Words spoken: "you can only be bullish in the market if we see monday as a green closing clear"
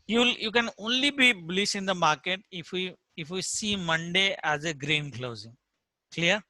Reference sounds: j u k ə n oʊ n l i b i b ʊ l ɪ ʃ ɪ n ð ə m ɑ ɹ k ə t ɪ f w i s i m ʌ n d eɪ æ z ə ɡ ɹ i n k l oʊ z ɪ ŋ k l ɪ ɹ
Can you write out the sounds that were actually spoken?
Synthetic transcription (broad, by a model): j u k ə n oʊ n l i b i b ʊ l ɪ s ɪ n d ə m ɑ ɹ k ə t ɪ f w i s i m ʌ n d eɪ æ z ə ɡ ɹ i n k l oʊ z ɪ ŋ k l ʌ ɹ